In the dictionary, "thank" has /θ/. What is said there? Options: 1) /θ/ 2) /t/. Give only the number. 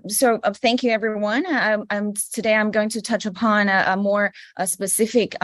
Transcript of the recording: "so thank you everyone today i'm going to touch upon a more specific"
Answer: 1